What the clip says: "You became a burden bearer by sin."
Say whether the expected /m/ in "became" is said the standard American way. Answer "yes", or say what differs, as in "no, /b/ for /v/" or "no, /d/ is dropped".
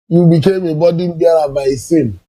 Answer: yes